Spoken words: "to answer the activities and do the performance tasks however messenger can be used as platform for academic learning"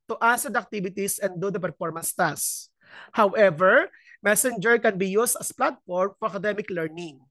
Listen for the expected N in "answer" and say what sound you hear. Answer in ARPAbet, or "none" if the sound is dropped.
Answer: none